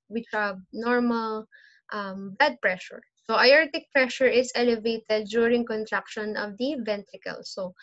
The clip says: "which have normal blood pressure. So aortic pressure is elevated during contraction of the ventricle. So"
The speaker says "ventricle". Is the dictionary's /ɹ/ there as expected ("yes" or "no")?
no